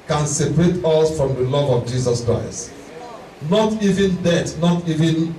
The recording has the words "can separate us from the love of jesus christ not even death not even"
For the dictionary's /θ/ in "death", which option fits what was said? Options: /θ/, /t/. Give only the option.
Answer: /t/